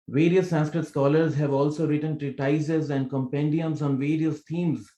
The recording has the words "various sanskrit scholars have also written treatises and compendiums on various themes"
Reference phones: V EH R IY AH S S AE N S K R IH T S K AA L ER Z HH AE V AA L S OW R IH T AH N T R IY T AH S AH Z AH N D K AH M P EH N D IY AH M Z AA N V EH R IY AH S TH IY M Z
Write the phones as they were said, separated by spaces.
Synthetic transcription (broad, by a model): V EH R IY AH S S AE N S K R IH T S K AA L ER Z HH AE V AA L S OW R IH T AH N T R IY T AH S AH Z AH N D K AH M P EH N D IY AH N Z AA N V EH R IY AH S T IY M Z